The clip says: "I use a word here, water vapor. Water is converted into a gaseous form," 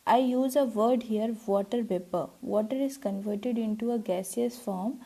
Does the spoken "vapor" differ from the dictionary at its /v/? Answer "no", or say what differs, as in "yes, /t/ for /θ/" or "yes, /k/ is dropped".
yes, /p/ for /v/